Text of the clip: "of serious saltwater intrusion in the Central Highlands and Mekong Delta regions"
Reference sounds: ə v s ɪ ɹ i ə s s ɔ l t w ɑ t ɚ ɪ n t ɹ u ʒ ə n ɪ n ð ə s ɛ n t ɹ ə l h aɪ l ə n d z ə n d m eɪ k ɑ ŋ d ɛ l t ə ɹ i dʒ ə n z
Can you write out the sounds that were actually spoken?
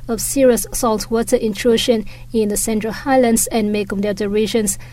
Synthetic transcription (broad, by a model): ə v s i ɹ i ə s s ɔ l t w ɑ t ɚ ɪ n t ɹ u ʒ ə n ɪ n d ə s ɛ n t ɹ ə l h aɪ l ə n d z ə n m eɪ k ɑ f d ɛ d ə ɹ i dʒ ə n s